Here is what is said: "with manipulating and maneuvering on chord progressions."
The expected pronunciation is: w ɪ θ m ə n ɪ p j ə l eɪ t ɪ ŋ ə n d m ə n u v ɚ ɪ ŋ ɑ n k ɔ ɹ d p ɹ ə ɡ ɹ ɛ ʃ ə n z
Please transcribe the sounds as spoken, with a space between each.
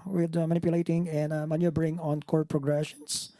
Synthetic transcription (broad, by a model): w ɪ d m ə n ɪ p j ə l eɪ t ɪ ŋ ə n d m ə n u b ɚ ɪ ŋ ɑ n k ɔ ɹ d p ɹ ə ɡ ɹ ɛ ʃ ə n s